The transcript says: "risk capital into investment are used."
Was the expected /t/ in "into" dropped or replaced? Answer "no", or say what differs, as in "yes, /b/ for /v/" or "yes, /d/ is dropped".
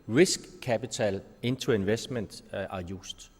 yes, /s/ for /t/